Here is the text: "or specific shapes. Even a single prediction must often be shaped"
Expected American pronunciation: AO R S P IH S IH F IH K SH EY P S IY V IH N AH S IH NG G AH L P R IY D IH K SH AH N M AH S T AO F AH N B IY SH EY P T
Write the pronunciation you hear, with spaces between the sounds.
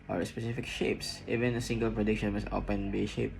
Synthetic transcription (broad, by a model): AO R S P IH S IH F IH K SH EY P S IY V IH N AH S IH NG G AH L P R IY D IH K SH AH N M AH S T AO P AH N B IY SH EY P